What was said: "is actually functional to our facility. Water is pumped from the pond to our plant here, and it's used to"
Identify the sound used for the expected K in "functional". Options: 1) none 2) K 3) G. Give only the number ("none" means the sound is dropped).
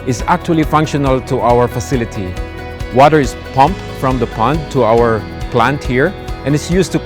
2